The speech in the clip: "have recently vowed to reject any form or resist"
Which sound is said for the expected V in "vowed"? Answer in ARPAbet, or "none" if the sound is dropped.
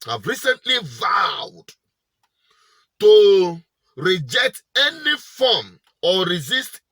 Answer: V